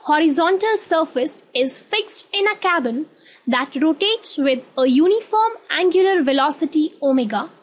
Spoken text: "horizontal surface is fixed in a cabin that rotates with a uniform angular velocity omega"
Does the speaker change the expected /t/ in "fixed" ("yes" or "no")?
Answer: no